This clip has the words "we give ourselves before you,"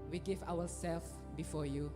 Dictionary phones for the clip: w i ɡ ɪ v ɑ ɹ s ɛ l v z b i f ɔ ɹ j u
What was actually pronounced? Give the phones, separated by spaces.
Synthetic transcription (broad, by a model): w i ɡ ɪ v ɑ w s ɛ l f b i f ɔ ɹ j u